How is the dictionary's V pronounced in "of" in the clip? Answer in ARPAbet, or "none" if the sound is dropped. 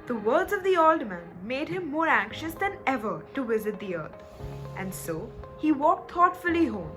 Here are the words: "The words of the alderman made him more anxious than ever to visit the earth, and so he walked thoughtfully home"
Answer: V